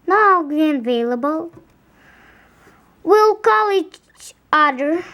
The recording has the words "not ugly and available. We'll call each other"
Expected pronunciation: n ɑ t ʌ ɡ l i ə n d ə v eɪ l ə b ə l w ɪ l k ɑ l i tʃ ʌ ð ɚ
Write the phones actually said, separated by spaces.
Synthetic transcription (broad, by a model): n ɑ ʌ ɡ i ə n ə v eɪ l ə b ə l w ɪ l k ɑ l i tʃ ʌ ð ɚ